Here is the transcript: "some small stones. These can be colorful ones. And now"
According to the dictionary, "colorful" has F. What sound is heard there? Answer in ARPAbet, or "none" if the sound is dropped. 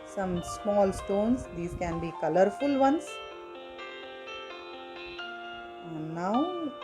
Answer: F